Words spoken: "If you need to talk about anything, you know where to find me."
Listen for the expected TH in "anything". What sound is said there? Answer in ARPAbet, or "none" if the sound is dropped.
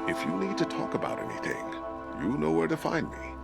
TH